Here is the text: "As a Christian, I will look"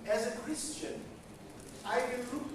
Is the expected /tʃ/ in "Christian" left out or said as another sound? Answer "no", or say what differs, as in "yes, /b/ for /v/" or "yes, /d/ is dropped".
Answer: no